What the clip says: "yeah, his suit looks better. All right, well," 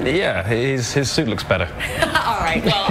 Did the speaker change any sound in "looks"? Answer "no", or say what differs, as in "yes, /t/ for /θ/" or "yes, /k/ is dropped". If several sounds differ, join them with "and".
no